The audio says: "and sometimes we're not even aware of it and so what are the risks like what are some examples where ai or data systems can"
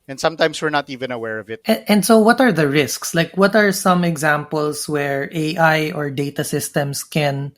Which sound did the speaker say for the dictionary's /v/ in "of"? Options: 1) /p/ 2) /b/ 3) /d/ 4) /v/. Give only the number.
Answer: 4